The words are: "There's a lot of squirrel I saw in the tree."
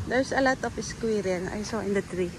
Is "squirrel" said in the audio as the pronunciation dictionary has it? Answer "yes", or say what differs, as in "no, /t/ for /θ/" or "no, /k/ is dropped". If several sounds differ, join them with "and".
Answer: no, /n/ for /l/